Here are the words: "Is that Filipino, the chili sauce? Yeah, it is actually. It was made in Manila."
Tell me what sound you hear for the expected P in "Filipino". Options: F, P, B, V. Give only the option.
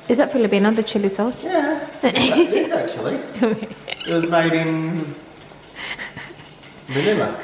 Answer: B